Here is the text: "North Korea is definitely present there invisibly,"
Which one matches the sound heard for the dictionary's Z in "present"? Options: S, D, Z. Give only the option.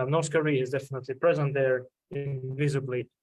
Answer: Z